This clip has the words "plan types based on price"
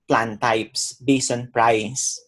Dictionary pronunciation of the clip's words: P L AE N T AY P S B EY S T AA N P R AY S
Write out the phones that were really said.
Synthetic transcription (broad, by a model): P L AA N T AY P S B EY S AA N P R AY S